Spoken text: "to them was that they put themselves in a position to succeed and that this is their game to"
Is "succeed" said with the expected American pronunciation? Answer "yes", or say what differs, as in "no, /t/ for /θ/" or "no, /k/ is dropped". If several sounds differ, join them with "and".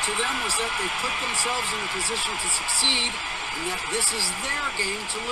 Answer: yes